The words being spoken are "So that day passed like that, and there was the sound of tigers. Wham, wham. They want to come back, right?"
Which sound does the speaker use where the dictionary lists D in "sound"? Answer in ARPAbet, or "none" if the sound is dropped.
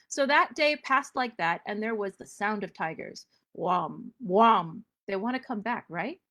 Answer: D